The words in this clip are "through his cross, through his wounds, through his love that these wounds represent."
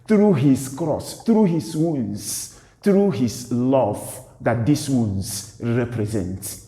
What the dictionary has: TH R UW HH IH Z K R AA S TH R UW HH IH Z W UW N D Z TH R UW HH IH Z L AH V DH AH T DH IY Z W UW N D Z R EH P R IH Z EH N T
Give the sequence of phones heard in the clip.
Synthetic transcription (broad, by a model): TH R UW HH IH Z K R AA S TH R UW HH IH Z W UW N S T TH R UW HH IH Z L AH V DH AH T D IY S W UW N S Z R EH P R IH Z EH N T